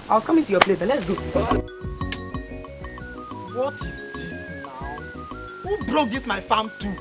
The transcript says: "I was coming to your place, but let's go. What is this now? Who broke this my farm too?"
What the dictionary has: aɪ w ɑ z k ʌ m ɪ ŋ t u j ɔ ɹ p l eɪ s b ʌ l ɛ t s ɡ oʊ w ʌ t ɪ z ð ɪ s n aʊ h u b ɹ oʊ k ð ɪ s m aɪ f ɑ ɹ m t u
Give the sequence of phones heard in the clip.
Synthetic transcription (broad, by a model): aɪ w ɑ s k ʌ m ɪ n t u j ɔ p l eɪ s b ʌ l ɛ t s ɡ oʊ w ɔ t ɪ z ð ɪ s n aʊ h u b ɹ oʊ k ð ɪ s m aɪ f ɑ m t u